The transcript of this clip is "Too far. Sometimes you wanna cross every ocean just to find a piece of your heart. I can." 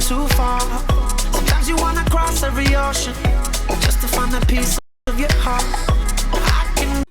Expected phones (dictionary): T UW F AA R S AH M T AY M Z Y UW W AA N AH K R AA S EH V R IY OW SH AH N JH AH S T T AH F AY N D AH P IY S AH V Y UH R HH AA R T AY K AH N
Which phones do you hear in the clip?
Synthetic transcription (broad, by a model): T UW F AA R S AH M T AY M Z Y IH W AA N AH K R AA S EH V R IY OW SH AH N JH AH S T T AH F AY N AH P IY S AH V Y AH R HH AA R T AY K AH N